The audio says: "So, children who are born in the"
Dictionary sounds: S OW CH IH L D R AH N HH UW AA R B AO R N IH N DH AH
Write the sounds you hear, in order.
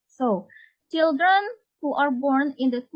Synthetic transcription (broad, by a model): S OW CH IH L D R AH N HH UW AA R B AO R N IH N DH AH